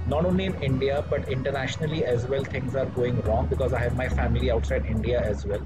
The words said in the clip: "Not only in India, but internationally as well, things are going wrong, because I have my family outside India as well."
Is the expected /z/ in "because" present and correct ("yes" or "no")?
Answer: yes